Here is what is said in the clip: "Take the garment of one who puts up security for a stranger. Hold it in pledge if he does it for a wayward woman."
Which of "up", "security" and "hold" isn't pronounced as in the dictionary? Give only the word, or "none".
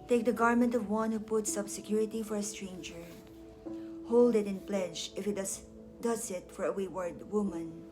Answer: up